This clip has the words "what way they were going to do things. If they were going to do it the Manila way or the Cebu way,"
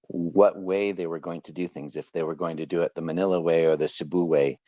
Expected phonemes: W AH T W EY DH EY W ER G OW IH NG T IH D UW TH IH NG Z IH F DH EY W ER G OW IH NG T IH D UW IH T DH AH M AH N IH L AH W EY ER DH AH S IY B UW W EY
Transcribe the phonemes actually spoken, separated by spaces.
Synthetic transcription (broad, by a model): W AH T W EY DH EY W ER G OW IH NG T IH D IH TH IH NG Z IH F DH EY W ER G OW IH NG T IH D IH IH T DH AH M AH N IH L AH W EY ER DH AH S IY B UW W EY